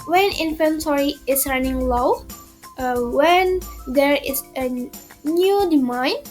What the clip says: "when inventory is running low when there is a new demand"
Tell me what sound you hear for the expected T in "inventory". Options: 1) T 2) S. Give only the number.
2